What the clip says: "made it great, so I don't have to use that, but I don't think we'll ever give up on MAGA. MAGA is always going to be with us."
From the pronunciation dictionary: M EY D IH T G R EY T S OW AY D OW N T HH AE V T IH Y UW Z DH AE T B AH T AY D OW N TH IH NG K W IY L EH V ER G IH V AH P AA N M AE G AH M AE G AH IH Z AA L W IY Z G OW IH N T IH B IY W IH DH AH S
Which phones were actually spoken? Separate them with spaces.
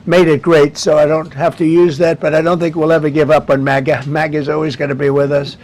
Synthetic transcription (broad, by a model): M EY D IH T G R EY T S OW AY D OW N T HH AE F T IH Y UW Z DH AE T B AH T AY D OW N TH IH NG K W IY L EH V ER G IH V AH P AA N M AE G AH M AE G AH IH Z AA L W IY Z G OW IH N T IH B IY W IH DH AH S